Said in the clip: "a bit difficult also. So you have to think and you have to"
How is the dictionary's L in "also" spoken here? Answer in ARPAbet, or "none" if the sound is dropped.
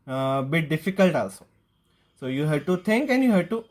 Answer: L